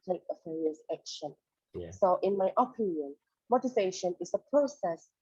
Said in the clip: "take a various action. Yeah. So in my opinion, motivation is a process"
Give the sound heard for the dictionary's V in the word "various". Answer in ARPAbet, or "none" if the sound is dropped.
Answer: F